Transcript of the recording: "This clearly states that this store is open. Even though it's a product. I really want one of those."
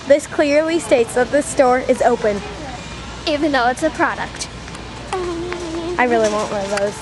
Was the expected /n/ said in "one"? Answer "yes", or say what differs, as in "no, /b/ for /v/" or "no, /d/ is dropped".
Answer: no, /n/ is dropped